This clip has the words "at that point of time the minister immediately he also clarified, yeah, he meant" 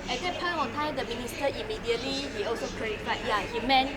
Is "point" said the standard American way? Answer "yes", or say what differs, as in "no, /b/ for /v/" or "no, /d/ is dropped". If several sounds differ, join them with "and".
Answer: no, /t/ is dropped